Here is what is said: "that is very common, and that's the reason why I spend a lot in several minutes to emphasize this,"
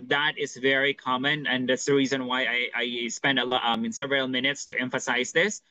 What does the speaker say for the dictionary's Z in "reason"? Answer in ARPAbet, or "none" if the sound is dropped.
Z